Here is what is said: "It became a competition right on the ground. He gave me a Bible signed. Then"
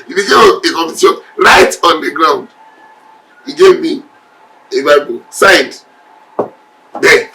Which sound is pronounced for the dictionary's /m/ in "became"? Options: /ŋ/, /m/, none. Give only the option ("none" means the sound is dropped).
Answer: none